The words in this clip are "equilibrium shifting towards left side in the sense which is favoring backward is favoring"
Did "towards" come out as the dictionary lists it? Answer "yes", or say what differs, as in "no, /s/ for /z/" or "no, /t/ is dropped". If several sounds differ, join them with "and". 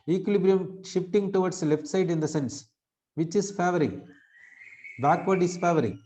no, /s/ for /z/